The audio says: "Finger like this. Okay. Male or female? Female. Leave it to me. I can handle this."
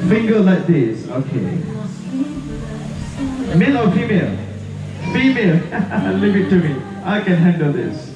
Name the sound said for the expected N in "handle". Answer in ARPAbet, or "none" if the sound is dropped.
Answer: N